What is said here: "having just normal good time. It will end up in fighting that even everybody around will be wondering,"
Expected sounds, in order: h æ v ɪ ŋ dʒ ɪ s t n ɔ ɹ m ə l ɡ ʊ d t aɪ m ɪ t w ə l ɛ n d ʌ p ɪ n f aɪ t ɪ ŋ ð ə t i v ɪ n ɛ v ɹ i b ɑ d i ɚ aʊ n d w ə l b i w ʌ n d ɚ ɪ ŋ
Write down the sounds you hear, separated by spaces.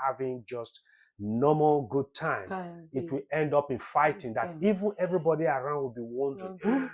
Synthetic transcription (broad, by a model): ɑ v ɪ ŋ dʒ ɪ s t n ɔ m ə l ɡ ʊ d t aɪ m ɪ t w ə l ɛ n d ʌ p ɪ n f aɪ t ɪ ŋ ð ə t i v ɪ n ɛ v ɹ i b ɑ d i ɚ aʊ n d w ə l b i w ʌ n d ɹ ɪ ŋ